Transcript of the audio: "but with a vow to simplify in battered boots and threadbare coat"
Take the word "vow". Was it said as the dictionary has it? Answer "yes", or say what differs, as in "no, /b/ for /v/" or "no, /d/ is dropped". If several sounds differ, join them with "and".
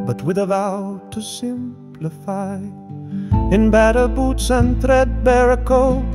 yes